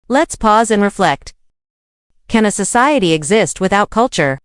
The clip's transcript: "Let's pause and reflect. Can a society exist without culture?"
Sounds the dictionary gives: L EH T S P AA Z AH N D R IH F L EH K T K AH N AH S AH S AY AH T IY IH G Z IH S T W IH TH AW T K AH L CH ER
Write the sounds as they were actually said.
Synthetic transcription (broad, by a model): L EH T S P AA Z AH N R IH F L EH K T K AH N AH S AH S AY AH T IY IH G Z IH S T W IH TH AW T K AH L CH ER